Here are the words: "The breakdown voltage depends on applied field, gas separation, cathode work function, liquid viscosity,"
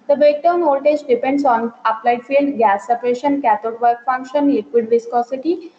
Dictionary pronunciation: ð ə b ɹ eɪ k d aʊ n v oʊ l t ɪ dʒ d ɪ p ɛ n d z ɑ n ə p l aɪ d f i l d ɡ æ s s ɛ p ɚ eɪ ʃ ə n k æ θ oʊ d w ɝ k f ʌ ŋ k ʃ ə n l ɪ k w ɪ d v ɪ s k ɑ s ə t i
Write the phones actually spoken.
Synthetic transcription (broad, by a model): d ə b eɪ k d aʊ n oʊ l t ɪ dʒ d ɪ p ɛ n d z ɑ n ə p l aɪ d f i l d ɡ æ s s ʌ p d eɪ ʃ ə n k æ t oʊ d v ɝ k f ʌ ŋ k ʃ ə n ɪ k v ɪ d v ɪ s k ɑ s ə t i